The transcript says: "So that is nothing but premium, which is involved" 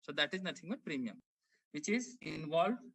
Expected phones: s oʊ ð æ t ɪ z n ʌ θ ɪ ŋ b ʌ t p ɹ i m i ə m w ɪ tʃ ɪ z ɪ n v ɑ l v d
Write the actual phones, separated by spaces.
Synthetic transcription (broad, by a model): s oʊ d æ t ɪ z n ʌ t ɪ ŋ b ʌ t p ɹ i m i ə m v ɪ tʃ ɪ z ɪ n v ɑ l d